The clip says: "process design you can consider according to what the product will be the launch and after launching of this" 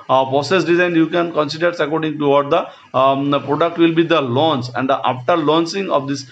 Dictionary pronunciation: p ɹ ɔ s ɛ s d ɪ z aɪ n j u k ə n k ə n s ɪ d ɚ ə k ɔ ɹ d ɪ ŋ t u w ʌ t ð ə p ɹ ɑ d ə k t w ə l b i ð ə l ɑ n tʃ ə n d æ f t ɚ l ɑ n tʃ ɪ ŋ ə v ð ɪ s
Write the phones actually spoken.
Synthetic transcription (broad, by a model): p ɹ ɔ s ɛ s d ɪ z aɪ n j u k ə n k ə n s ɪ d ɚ ə k ɔ ɹ d ɪ ŋ t u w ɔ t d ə p ɹ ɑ d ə k t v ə l b i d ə l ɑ n s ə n d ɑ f t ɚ l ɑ n s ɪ ŋ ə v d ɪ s